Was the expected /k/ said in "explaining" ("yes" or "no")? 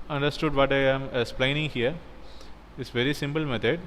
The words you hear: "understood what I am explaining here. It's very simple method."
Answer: no